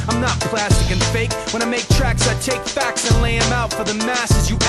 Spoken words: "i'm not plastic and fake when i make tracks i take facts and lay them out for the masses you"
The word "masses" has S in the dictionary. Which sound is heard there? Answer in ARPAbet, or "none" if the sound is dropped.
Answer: S